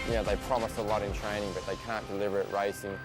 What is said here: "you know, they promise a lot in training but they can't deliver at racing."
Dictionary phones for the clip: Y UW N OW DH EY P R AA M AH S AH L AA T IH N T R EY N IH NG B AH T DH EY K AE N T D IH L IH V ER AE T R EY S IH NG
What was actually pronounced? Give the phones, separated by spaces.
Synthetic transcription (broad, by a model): Y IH N OW DH EY P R AA M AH S AH L AA T IH N T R EY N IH NG B AH T DH EY K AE N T D IH L IH V ER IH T R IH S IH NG